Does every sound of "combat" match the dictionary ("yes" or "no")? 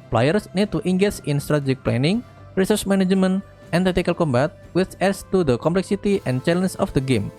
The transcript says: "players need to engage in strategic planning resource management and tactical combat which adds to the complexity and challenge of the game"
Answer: yes